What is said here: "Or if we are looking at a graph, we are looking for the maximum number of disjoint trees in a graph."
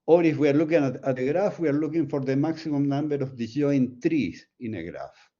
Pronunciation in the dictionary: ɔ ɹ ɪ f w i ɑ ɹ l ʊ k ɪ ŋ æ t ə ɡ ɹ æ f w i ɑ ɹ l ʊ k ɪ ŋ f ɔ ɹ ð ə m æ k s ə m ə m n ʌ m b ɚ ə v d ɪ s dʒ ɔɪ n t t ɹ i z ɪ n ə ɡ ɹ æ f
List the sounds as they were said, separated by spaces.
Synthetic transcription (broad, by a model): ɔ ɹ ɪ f w i ɑ ɹ l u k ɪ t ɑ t ə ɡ ɹ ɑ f w i ɑ ɹ l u k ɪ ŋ f ɔ ɹ ð ə m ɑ k s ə m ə m n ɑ m b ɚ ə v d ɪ dʒ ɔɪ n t t ɹ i s ɪ n ə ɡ ɹ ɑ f